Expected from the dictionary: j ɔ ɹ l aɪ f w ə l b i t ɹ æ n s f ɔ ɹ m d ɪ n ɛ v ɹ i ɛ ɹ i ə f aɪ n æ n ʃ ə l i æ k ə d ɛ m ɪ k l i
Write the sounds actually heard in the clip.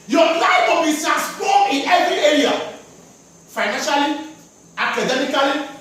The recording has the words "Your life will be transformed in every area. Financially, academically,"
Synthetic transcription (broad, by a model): j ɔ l aɪ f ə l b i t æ s p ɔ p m ɪ n ɛ v ɹ i ɛ ɹ i ə f aɪ n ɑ n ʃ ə l i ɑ k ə d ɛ m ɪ k l i